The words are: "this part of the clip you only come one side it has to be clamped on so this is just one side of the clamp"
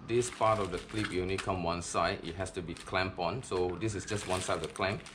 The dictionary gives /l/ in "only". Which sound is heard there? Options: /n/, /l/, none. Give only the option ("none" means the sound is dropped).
none